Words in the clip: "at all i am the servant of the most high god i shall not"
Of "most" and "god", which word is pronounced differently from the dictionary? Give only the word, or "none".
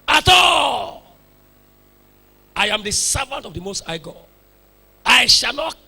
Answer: god